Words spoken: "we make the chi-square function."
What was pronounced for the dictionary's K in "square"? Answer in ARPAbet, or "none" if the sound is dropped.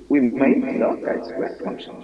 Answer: none